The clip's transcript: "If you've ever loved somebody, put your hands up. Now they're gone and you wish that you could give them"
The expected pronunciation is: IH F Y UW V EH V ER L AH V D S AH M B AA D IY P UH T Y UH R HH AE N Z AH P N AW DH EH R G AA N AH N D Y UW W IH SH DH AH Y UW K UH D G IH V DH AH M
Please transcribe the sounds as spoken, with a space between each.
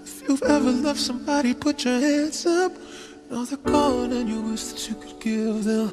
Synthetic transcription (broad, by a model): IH F Y UW V EH V ER L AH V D S AH M B AA D IY P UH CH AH R HH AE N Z AH P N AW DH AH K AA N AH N Y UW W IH S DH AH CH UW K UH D G IH V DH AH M